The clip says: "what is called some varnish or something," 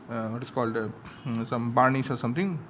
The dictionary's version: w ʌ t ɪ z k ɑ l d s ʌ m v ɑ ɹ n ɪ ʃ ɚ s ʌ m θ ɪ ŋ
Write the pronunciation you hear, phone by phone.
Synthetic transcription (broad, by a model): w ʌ t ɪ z k ɑ l d s ʌ m b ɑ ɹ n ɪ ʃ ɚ s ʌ m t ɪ ŋ